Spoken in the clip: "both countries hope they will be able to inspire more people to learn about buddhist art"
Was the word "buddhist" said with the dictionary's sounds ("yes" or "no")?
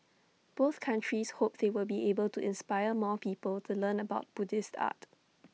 yes